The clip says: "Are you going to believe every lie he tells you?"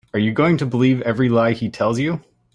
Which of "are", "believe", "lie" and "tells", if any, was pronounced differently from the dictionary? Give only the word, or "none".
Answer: none